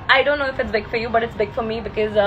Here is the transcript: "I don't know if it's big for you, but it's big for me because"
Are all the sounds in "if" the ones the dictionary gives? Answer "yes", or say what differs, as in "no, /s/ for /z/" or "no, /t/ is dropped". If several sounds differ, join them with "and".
yes